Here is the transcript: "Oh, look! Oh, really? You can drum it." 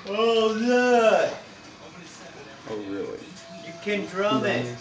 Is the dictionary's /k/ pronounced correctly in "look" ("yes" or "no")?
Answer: no